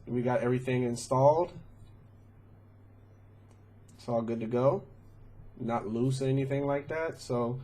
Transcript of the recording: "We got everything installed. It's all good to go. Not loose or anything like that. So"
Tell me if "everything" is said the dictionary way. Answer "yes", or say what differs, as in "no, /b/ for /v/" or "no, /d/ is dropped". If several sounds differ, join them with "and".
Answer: yes